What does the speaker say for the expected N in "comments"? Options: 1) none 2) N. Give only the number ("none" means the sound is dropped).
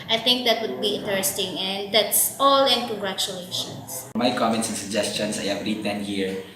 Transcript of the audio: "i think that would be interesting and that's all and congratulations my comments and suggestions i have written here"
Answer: 2